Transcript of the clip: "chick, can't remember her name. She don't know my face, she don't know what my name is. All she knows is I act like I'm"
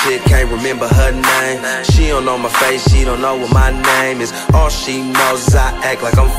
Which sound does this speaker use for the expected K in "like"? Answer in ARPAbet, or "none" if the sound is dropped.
K